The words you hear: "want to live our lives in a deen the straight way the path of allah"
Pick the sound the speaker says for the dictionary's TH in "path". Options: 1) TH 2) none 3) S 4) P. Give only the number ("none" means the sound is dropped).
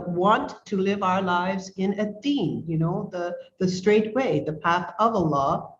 1